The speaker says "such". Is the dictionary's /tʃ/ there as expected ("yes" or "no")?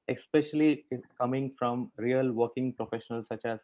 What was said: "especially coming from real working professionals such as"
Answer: yes